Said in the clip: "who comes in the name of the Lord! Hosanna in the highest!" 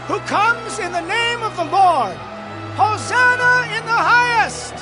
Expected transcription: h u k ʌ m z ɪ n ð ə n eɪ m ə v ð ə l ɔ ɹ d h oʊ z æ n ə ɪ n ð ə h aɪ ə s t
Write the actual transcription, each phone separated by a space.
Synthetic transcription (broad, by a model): h u k ʌ m z ɪ n ð ə n eɪ m ə v ð ə l ɔ ɹ d h oʊ z æ n ə ɪ n ð ə h aɪ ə s t